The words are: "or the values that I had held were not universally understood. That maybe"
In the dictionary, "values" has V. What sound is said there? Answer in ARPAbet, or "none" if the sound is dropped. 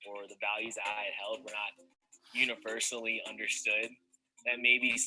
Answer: V